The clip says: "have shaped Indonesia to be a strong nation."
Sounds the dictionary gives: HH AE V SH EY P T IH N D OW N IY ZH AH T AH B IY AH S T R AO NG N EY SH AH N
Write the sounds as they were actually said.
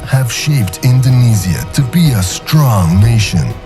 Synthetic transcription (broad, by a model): HH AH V SH EY P T IH N D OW N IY Z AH T AH B IY AH S T R AO NG N EY SH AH N